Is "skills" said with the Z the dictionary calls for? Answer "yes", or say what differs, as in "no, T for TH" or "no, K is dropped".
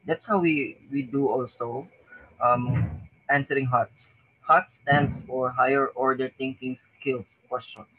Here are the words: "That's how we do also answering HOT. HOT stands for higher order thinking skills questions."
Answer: no, Z is dropped